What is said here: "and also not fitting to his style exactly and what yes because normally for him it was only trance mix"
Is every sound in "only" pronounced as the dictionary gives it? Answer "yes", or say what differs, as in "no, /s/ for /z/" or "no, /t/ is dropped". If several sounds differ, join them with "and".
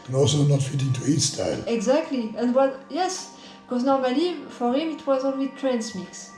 no, /w/ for /l/